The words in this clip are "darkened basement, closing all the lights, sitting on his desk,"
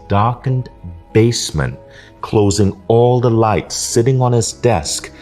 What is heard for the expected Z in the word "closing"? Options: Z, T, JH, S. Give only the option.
Z